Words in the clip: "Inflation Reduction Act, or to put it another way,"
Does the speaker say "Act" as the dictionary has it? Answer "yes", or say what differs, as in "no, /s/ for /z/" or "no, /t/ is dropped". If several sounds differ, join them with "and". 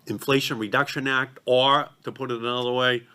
yes